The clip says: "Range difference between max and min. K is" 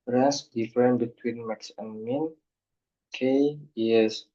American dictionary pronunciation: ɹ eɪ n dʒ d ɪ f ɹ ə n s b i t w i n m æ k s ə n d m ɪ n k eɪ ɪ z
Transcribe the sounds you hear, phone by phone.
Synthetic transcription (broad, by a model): ɹ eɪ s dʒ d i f ɹ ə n b i t w i n m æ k s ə n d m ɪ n k eɪ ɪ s